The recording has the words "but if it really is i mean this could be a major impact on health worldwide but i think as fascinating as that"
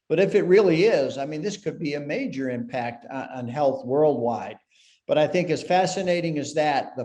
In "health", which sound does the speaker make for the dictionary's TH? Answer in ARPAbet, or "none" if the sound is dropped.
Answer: TH